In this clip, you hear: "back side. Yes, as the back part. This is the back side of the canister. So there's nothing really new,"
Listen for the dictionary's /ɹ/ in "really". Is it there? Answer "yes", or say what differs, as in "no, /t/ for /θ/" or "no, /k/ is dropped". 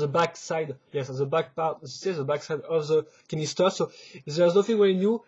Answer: no, /w/ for /ɹ/